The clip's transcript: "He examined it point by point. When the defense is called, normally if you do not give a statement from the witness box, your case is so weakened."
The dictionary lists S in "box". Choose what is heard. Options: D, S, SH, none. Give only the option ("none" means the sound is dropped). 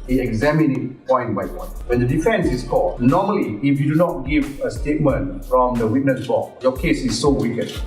none